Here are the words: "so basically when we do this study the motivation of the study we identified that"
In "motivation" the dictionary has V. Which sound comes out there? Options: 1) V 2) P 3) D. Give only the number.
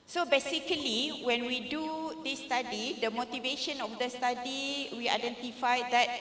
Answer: 1